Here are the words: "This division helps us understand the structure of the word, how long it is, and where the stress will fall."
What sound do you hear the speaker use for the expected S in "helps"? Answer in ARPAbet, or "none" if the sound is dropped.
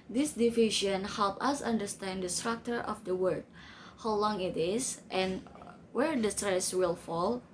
none